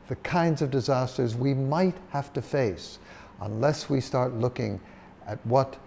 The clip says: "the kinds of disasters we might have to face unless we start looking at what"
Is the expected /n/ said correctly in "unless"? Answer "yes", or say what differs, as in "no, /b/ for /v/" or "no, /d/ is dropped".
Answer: yes